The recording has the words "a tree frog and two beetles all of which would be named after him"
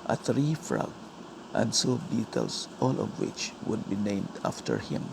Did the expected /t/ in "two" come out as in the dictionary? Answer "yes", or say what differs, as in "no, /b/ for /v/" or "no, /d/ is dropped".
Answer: no, /s/ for /t/